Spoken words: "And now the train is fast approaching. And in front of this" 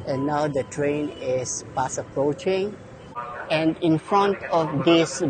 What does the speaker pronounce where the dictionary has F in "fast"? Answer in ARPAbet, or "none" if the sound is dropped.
P